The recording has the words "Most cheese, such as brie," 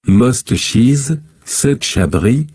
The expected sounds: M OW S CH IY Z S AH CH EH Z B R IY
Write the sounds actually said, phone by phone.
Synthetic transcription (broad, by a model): M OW S CH IY Z S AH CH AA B R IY